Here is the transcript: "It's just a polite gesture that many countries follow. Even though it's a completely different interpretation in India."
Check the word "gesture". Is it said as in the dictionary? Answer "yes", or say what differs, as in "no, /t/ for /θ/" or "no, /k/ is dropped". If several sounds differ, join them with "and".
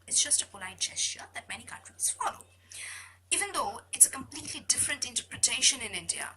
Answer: no, /tʃ/ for /dʒ/